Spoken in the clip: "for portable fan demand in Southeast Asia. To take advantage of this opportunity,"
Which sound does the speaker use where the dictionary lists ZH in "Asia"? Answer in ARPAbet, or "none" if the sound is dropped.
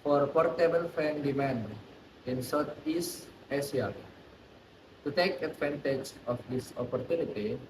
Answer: S